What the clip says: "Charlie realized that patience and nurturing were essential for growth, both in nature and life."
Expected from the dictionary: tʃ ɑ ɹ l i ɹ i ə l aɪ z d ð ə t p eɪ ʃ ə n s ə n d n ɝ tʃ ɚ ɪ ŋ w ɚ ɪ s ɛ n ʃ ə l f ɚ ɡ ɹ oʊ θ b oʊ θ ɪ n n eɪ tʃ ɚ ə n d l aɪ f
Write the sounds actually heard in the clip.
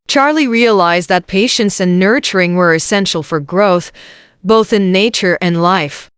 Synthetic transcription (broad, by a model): tʃ ɑ ɹ l i ɹ i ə l aɪ z ð ə t p eɪ ʃ ə n s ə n n ɝ tʃ ɚ ɪ ŋ w ɚ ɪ s ɛ n ʃ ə l f ɚ ɡ ɹ oʊ θ b oʊ θ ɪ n n eɪ tʃ ɚ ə n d l aɪ f